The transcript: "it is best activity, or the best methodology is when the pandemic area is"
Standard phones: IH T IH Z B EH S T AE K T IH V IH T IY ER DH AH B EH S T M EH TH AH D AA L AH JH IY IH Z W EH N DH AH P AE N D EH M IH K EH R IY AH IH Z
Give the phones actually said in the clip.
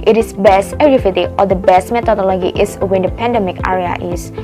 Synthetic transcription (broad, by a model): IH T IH S B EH S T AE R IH F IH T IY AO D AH B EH S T M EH T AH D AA L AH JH IY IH S W EH N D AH P AE N D EH M IH K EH R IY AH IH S